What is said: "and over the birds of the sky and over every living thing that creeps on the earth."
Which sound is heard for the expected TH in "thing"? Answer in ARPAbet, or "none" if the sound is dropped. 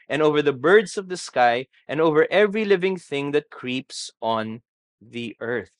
TH